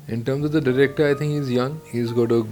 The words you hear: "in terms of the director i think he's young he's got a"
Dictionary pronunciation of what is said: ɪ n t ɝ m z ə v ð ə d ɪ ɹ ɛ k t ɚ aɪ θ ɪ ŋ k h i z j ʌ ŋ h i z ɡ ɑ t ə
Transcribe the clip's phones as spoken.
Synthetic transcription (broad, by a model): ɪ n t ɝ m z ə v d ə d ɪ ɹ ɛ k t ɚ aɪ t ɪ ŋ k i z j ʌ ŋ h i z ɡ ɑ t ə